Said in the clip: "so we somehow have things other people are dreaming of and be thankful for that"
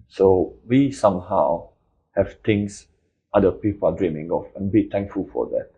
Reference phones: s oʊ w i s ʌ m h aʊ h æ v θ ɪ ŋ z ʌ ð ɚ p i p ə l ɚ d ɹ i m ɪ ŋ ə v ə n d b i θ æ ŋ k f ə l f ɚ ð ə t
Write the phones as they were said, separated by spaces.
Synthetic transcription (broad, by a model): s oʊ w i s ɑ m h aʊ h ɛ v t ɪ ŋ s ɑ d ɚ p i p ə l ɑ d ɹ i m ɪ ŋ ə f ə n b i t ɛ ŋ k f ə l f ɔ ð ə t